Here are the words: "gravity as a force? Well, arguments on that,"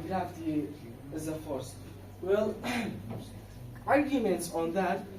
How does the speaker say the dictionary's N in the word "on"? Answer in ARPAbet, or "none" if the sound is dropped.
N